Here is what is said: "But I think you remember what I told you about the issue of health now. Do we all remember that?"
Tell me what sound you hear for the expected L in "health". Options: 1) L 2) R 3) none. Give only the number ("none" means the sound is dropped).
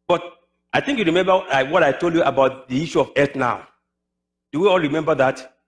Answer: 3